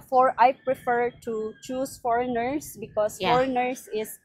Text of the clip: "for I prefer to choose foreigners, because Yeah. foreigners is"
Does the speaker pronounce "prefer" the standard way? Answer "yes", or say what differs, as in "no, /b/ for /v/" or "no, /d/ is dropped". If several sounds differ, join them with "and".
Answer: yes